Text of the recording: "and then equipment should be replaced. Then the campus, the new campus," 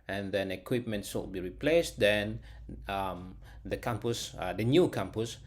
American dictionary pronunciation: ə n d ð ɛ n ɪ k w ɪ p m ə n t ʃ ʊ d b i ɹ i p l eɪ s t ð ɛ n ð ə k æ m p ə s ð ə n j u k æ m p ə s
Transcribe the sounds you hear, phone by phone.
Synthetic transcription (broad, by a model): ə n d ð ɛ n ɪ k w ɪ p m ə n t s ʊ b i ɹ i p l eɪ s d ɛ n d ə k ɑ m p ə s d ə n j u k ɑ m p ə s